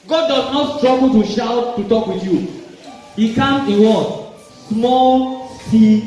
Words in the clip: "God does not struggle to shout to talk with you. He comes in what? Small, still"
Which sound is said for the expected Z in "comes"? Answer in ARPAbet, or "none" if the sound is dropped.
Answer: none